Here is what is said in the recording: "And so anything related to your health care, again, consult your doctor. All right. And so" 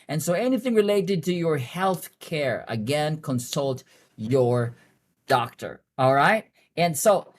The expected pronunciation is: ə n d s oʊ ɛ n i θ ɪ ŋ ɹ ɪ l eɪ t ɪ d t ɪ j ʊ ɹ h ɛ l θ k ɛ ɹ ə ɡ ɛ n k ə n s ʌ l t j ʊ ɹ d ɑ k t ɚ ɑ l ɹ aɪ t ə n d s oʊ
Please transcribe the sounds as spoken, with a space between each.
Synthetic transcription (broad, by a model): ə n s oʊ ɛ n i θ ɪ ŋ ɹ ɪ l eɪ t ɪ d t ɪ j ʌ ɹ h ɛ l θ k ɛ ɹ ə ɡ ɛ n k ə n s ʌ l t j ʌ ɹ d ɑ k t ɚ ɑ l ɹ aɪ t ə n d s oʊ